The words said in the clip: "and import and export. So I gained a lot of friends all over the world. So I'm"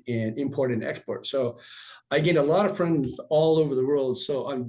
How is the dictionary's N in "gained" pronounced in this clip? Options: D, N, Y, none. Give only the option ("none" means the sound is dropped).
none